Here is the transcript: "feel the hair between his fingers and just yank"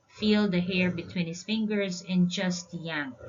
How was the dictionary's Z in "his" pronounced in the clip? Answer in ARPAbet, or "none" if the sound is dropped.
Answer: S